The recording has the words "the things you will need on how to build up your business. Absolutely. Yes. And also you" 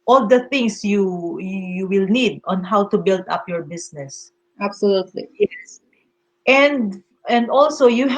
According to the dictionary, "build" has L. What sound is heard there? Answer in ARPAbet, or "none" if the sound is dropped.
L